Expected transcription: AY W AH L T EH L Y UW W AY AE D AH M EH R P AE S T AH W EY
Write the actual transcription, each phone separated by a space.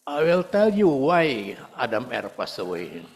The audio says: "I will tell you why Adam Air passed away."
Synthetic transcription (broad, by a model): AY W AH L T EH L Y UW W AY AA D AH M EH R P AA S AH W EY